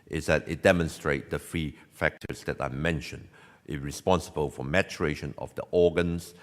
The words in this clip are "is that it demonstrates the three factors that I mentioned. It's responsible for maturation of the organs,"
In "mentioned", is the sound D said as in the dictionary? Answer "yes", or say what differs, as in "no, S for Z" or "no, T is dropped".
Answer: yes